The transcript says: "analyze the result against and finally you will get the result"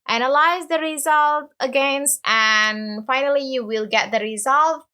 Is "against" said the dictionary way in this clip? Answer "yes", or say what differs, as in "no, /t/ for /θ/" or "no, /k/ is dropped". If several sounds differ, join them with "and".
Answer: yes